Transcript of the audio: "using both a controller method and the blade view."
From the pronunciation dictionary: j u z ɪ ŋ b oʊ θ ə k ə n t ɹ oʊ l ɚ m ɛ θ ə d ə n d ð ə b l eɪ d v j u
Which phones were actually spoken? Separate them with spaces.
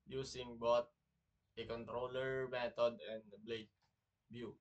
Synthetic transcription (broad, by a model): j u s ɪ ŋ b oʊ t ə k ə n t ɹ oʊ l ɚ m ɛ t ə d ə n d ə b l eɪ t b j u